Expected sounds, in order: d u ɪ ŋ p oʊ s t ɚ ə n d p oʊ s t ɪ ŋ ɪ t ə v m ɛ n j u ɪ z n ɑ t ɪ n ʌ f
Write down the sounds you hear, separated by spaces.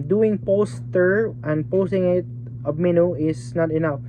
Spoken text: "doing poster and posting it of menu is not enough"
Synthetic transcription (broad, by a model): d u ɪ ŋ p oʊ s t ɚ ə n d p oʊ s t ɪ ŋ ɪ t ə b m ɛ n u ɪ s n ɑ t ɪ n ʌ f